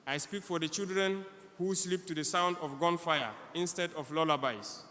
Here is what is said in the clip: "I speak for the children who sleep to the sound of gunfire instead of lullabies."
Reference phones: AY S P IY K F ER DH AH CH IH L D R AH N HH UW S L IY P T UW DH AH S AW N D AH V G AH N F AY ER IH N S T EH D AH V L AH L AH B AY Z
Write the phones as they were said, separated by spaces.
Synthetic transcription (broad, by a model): AY S P IY K F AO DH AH CH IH L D R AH N HH UW S L IY P T UW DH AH S AW N D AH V G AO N F AY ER IH N S T EH D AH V L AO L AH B AY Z